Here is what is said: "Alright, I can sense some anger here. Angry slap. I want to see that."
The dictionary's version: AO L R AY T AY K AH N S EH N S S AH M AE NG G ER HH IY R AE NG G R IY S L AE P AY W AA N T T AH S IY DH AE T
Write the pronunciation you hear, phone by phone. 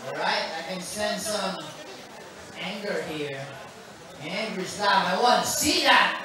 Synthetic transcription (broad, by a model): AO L R AY T AY K AH N S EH N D S AH M AE NG G ER HH IY R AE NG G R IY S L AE AY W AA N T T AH S IY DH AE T